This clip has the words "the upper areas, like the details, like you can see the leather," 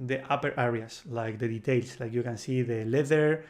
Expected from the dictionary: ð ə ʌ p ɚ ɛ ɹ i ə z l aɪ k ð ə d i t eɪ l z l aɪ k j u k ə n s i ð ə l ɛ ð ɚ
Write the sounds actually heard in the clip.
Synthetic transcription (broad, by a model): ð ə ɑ p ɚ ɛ ɹ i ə s l aɪ k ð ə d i t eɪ l s l aɪ k j u k ə n s i ð ə l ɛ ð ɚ